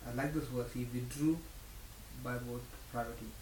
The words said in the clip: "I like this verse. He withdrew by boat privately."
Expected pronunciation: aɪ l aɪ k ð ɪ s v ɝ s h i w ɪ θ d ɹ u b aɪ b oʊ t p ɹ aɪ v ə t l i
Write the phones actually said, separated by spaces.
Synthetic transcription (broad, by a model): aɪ l aɪ k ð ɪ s w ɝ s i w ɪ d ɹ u b aɪ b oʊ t p ɹ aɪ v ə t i